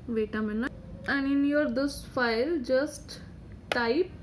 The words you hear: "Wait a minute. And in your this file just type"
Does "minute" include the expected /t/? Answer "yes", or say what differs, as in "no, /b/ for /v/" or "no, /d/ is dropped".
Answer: no, /t/ is dropped